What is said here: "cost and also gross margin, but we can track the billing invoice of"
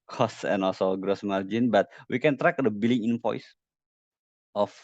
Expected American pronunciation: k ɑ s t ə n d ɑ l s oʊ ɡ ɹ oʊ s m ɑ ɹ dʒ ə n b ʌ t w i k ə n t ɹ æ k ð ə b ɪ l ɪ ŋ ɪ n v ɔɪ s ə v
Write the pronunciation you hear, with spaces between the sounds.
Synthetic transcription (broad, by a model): k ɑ s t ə n ɑ l s oʊ ɡ ɹ oʊ s m ɑ ɹ dʒ ə n b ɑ t w i k ə n t ɹ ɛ k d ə b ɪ l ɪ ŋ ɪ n p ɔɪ s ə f